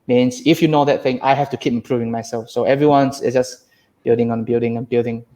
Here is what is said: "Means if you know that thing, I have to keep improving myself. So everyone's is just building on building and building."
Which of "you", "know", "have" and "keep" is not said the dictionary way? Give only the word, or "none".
have